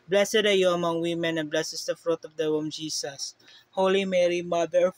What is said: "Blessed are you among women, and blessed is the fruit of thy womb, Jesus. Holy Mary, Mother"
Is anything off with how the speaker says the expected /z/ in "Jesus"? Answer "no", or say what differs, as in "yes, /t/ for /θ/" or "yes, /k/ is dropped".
yes, /s/ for /z/